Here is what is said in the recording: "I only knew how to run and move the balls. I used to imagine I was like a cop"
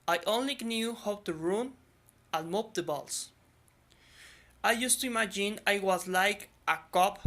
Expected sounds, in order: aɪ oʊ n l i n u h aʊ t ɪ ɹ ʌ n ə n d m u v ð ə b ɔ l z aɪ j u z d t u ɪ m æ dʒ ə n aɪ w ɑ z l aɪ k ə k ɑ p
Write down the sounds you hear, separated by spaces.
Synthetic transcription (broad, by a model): aɪ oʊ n l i n u h aʊ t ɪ ɹ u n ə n m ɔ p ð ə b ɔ l s aɪ j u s t u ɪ m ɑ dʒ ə n aɪ w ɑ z l aɪ k ə k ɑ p